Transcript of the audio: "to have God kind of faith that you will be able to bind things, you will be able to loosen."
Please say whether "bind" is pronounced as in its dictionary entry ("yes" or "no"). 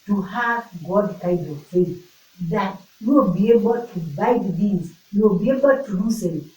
no